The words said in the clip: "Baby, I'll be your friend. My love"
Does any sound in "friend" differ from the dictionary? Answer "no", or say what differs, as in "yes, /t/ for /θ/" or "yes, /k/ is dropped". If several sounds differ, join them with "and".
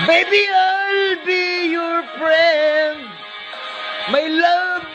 yes, /p/ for /f/